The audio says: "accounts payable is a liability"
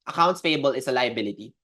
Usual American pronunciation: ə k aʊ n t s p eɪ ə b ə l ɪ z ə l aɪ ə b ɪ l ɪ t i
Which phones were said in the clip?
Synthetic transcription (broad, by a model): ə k aʊ n t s f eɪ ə b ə l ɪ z ə l aɪ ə b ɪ l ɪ t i